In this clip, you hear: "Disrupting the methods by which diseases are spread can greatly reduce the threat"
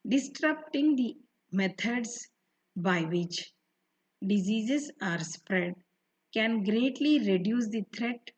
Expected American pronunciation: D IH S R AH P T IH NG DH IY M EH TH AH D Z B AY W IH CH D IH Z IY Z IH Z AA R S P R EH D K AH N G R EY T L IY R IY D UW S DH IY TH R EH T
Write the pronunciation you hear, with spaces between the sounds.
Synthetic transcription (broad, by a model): D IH S R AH P T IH NG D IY M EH T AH D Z B AY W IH CH D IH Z IY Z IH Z AA R S P R EH D K AH N G R EY T L IY R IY D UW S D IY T R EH T